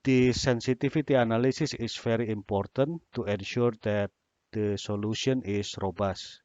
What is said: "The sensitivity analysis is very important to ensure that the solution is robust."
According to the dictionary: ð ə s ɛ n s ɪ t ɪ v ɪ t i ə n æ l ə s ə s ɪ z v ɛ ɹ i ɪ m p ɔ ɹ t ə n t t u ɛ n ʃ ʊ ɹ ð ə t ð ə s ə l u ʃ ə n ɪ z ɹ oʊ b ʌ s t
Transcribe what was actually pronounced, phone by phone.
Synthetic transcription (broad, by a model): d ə s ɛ n s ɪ t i f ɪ t i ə n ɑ l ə s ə s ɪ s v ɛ ɹ i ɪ m p ɔ ɹ t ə n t t u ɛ n ʃ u ɹ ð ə t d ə s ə l u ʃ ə n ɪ s ɹ oʊ b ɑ s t